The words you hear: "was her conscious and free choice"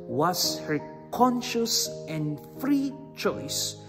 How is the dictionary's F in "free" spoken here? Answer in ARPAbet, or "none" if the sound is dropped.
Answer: F